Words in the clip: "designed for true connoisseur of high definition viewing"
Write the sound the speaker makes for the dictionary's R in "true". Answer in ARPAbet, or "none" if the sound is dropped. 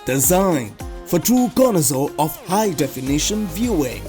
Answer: none